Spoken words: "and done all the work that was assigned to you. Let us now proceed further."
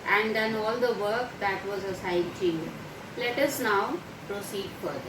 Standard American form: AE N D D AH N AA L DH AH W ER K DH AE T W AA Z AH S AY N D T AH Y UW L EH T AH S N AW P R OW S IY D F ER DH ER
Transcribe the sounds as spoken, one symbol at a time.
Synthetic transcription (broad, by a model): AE N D D AH N AA L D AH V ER K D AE T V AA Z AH S AY D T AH L EH T AH S N AW P R OW S IY D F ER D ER